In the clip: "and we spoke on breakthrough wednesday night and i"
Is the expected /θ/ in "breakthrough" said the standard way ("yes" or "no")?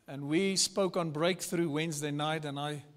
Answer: yes